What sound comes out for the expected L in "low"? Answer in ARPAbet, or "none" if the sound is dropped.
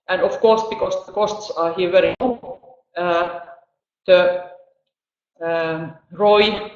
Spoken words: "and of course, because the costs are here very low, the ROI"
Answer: N